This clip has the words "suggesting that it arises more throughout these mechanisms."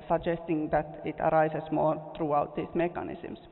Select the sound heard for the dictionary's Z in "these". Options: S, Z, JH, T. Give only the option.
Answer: S